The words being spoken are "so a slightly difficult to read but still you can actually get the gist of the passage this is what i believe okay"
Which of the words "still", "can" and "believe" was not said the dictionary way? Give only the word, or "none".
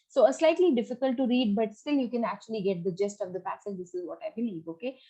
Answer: believe